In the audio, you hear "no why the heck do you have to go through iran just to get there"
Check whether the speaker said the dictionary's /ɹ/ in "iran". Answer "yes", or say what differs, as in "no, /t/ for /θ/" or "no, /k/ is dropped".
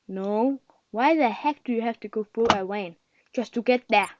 no, /w/ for /ɹ/